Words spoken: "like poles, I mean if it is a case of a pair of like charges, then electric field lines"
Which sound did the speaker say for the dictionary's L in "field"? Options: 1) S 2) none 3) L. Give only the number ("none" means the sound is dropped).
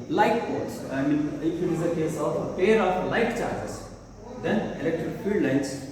2